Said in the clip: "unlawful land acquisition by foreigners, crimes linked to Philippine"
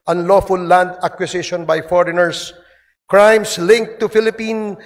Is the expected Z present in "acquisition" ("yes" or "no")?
no